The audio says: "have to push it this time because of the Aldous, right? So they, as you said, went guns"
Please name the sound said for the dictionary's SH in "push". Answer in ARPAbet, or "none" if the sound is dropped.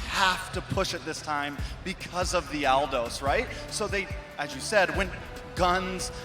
SH